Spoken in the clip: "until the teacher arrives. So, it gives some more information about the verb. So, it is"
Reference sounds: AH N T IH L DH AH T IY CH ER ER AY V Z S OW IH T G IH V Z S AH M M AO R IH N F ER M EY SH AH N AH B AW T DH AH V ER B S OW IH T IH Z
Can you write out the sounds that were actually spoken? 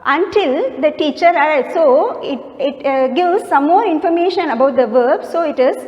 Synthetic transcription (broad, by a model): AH N T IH L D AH T IY CH ER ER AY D S OW IH T G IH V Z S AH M M AO R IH N F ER M EY SH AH N AH B AW T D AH V ER B S OW IH T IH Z